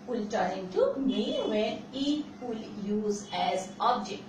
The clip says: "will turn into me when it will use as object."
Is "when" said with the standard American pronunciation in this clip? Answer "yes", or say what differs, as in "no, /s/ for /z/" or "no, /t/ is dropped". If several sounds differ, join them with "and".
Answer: no, /n/ is dropped